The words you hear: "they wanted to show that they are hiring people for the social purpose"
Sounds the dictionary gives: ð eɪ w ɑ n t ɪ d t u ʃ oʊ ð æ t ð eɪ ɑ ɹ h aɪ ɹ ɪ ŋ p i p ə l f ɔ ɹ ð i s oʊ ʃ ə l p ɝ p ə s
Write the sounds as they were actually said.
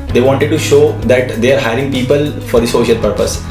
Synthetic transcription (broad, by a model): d eɪ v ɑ n t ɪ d t u ʃ oʊ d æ t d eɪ ɑ ɹ h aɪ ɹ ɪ ŋ p i p ə l f ɔ ɹ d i s oʊ ʃ ə l p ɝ p ə s